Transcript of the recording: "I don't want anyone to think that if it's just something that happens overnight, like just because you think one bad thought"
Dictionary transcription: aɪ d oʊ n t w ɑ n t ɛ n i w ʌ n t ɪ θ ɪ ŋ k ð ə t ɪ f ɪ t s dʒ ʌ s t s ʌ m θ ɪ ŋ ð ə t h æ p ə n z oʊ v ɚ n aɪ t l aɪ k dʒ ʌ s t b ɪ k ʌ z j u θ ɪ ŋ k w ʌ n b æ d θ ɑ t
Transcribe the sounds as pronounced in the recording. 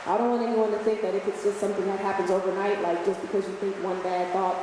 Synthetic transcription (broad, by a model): aɪ d oʊ n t w ɑ n t ɛ n i w ʌ n t ɪ θ ɪ ŋ k ð ə t ɪ f ɪ t s dʒ ʌ s t s ʌ m θ ɪ ŋ ð ə t h æ p ə n z oʊ v ɚ n aɪ t l aɪ k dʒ ʌ s b ɪ k ʌ z j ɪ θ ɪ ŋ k w ʌ n b æ d θ ɑ t